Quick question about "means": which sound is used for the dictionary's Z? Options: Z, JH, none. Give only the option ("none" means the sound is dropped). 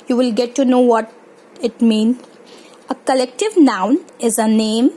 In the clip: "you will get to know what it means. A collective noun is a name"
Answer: none